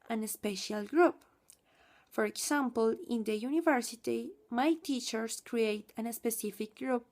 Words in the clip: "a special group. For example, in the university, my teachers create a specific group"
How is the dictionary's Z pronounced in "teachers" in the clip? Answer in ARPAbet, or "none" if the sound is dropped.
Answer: S